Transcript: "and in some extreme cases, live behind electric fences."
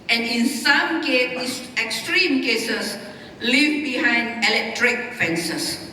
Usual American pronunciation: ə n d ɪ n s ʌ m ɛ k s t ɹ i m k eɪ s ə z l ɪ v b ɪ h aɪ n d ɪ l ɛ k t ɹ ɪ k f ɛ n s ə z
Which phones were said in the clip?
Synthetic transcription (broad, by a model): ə n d ɪ n s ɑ m ɛ k s t ɹ i m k eɪ s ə s l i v b ɪ h aɪ n d ɪ l ɛ k t ɹ ɪ k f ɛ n s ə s